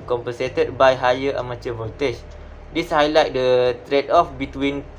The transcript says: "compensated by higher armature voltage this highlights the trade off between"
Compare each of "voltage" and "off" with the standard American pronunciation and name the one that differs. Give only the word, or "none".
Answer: voltage